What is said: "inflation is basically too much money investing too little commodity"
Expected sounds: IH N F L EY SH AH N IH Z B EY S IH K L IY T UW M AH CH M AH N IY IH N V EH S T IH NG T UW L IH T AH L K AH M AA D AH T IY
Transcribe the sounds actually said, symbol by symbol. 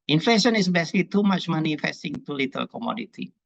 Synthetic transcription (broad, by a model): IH N F L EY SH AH N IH S B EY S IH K L IY T UW M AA CH M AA N IY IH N F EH S T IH NG T UW L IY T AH L K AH M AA D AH T IY